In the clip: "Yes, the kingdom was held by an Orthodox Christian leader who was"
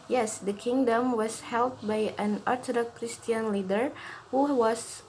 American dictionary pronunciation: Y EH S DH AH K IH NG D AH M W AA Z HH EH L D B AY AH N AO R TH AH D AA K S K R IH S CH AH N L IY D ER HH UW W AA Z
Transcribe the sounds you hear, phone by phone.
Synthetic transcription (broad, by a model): Y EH S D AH K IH NG D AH M W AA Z HH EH L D B AY AH N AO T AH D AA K K R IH S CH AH N L IY D ER HH UW W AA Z